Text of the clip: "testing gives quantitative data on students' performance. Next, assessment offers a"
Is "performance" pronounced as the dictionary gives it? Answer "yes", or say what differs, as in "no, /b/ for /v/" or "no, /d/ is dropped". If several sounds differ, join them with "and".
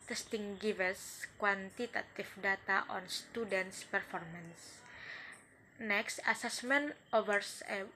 yes